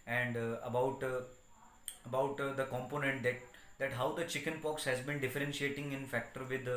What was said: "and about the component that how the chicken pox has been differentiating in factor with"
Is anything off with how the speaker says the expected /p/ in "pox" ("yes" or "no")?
no